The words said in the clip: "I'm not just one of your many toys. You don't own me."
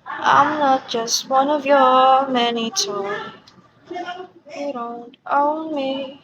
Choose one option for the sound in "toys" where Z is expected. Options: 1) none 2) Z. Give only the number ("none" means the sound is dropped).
1